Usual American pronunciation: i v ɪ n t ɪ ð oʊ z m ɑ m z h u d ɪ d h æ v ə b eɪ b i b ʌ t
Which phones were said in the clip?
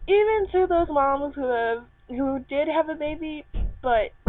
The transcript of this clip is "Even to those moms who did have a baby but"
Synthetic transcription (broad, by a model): i v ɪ n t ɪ ð oʊ z m ɑ m z h u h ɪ d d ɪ v ə b eɪ b i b ʌ t